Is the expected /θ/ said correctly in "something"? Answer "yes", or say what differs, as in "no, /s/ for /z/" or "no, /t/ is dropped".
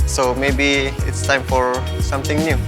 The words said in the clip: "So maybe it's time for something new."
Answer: no, /t/ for /θ/